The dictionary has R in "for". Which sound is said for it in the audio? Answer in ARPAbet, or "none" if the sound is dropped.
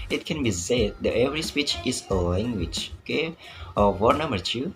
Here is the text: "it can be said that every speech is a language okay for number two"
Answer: W